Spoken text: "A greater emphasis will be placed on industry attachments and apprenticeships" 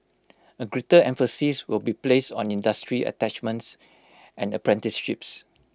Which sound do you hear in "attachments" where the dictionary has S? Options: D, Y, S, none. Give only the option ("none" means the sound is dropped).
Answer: S